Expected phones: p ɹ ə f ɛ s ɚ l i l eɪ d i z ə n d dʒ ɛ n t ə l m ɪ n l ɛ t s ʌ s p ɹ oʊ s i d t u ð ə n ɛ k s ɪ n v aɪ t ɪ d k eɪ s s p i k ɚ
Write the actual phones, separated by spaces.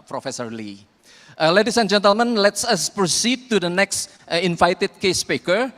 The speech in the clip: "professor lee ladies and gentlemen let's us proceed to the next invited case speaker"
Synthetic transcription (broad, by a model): p ɹ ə f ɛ s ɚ l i l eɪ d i s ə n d dʒ ɛ n t ə l m ɪ n l ɛ t s ʌ s p ɹ oʊ s i d t u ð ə n ɛ k s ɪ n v aɪ t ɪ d k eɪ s s p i k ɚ